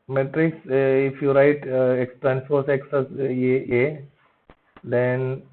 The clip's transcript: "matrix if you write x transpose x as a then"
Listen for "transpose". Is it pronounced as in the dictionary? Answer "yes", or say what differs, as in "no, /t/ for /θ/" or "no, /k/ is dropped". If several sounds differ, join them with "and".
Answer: no, /p/ is dropped and /s/ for /z/